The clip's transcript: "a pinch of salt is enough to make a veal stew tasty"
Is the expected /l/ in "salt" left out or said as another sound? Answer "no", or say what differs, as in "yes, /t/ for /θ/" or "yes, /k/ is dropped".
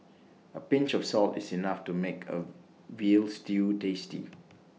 no